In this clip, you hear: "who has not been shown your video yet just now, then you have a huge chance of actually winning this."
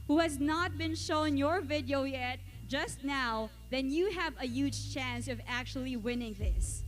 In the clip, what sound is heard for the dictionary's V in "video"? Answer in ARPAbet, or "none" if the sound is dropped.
V